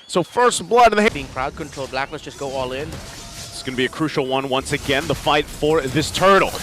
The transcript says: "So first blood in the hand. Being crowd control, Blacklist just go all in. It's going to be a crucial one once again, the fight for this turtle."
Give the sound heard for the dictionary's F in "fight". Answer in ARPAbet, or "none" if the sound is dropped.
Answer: F